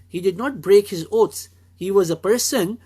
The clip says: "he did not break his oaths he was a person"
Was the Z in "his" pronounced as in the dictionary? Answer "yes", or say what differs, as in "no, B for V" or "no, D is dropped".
yes